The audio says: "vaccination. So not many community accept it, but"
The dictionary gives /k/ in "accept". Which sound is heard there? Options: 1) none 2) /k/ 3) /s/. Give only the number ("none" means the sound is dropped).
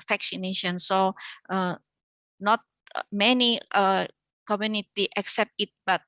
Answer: 2